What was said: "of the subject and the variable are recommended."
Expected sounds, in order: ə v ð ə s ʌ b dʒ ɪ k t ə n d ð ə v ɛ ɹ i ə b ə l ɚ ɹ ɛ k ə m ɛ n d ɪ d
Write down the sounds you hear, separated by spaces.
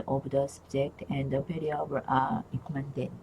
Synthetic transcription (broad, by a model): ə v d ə s ʌ b dʒ ɪ k t ə n d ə p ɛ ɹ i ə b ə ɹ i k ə m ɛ n d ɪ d